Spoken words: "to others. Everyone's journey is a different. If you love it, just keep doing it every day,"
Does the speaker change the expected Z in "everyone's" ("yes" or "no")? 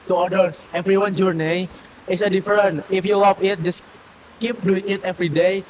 yes